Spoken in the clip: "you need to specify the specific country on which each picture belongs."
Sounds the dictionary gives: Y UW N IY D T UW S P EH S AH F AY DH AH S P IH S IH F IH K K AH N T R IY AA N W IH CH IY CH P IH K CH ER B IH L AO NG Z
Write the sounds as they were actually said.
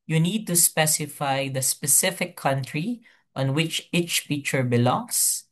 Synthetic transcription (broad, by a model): Y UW N IY D T UW S P EH S AH F AY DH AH S P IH S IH F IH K K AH N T R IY AA N W IH CH IY CH F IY CH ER B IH L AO NG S